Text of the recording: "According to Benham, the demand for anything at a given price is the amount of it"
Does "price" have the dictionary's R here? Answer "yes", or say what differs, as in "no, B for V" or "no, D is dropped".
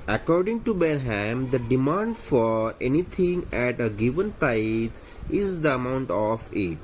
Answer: no, R is dropped